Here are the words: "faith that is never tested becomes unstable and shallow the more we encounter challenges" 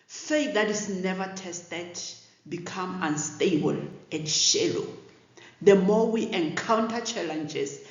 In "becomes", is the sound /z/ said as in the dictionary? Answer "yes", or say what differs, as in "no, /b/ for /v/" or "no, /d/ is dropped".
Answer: no, /z/ is dropped